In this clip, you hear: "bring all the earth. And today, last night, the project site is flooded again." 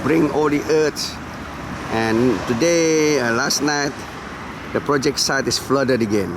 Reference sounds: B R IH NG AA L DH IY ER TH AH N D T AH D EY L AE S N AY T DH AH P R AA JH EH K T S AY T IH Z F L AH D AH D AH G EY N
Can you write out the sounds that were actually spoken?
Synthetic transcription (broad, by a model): B R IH NG AA L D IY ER S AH N T AH D EY L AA S N AY T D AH P R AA JH EH K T S AY T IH S F L AH D AH D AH G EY N